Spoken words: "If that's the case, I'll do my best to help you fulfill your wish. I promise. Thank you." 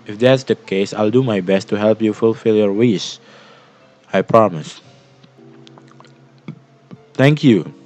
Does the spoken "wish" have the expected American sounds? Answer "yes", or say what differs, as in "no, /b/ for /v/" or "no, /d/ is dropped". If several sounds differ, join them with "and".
no, /s/ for /ʃ/